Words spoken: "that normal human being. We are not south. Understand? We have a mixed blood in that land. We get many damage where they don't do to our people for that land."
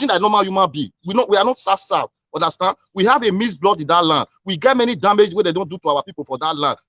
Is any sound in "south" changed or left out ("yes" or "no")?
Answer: yes